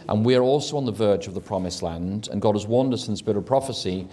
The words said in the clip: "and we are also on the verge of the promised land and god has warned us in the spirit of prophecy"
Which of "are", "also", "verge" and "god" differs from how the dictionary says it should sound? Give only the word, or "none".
none